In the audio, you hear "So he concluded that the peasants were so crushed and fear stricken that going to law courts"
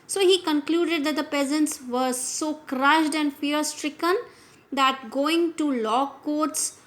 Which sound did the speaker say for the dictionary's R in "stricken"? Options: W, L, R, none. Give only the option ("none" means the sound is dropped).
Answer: R